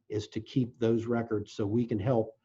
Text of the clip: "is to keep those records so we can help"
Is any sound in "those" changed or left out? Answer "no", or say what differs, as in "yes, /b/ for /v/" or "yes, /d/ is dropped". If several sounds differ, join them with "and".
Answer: no